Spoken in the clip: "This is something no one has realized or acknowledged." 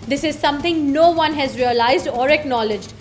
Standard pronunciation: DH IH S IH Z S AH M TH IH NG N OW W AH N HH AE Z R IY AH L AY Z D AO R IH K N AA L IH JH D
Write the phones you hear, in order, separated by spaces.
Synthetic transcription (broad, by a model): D IH S IH Z S AH M T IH NG N OW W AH N HH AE Z R IY AH L AY Z D AO R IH K N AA L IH JH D